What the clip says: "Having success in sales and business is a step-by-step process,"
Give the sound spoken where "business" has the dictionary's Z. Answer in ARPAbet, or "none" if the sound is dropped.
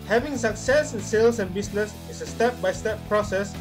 S